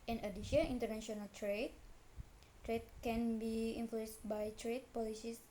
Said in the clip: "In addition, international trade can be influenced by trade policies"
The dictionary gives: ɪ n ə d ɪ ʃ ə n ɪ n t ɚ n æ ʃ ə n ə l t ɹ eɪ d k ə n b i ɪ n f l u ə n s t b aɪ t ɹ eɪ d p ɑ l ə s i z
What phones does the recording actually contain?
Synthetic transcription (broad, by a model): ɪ n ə d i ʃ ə i n t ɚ n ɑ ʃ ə n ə l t ɹ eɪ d k ə n b i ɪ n f l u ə n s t b aɪ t ɹ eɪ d p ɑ l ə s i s